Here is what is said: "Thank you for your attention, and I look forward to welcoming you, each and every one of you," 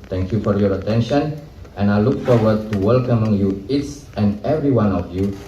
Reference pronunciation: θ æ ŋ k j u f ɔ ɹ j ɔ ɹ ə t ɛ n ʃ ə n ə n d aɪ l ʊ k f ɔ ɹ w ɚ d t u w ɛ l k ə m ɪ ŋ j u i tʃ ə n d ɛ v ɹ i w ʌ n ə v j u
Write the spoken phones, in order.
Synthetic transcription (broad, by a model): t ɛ ŋ k j u f ɔ ɹ j ɔ ɹ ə t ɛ n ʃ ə n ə n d aɪ l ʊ k f ɔ ɹ w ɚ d t u w ɛ l k ə m ɪ ŋ j u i s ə n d ɛ v ɹ i w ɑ n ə f j u